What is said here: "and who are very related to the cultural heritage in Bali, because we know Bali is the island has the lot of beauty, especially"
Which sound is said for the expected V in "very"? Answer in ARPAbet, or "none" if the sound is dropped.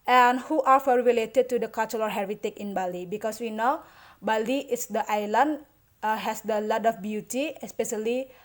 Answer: F